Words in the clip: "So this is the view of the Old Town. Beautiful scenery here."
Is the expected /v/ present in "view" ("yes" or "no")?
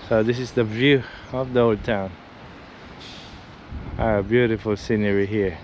yes